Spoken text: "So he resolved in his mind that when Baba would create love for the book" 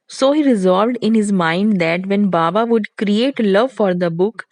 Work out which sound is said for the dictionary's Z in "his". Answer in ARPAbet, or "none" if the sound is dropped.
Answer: Z